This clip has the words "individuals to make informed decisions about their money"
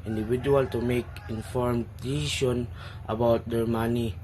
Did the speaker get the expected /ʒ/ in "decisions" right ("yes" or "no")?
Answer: no